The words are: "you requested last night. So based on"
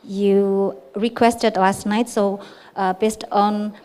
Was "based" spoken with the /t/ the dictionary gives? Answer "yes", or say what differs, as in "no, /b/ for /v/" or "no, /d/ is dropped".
yes